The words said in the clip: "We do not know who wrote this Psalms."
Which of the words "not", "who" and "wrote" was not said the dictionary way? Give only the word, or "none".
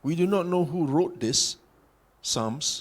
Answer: none